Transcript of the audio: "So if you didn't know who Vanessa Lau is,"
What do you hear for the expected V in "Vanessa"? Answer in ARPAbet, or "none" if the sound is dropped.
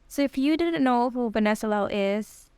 B